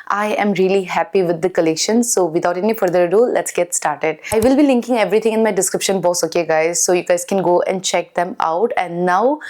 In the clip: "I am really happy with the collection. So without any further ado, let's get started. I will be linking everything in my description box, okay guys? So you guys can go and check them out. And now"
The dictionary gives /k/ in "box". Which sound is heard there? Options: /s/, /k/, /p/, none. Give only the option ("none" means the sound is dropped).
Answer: none